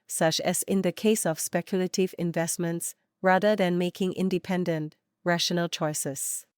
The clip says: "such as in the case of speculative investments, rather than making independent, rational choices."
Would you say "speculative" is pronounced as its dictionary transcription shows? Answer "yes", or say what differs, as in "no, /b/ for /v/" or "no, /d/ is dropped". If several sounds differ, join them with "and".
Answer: yes